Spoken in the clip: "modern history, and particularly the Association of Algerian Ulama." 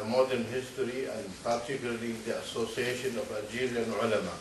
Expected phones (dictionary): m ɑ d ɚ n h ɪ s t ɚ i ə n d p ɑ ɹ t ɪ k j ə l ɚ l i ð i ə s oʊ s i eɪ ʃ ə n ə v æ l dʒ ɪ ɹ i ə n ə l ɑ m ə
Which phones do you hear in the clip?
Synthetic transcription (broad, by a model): m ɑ d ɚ n h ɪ s t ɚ i ə n d p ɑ ɹ t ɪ k j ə l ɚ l i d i ə s oʊ s i eɪ ʃ ə n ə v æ dʒ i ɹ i n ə l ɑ m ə